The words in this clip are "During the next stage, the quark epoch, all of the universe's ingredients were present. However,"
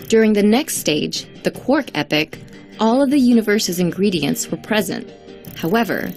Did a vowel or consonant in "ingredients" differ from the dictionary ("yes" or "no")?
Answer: no